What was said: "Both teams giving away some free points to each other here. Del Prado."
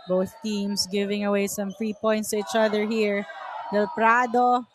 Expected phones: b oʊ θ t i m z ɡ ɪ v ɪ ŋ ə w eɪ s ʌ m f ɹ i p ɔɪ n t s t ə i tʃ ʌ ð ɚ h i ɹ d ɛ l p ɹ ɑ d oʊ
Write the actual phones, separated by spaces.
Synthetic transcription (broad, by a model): b oʊ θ t i m s ɡ ɪ v ɪ ŋ ə w eɪ s ʌ m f ɹ i p ɔɪ n t s t ə i tʃ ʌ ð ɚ h i ɹ d ɛ l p ɹ ɑ d oʊ